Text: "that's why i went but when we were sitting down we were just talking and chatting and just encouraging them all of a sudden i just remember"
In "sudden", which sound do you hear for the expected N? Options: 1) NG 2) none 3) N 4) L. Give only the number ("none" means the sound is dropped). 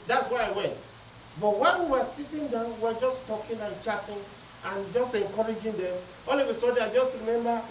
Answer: 2